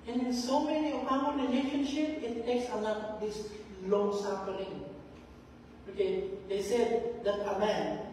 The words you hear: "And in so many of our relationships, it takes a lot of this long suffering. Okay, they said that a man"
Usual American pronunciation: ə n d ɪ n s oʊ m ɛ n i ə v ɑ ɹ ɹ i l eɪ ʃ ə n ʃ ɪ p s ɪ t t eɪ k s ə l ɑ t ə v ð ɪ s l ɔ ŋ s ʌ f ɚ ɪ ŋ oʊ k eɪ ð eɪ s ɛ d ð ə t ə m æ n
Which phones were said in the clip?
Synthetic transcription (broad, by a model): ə n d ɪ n s oʊ m ɛ n i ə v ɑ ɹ ɹ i l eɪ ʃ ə n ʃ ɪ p ɪ t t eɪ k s ə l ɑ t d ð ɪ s l ɔ ŋ s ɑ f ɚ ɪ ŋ oʊ k eɪ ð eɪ s ɛ d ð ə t ə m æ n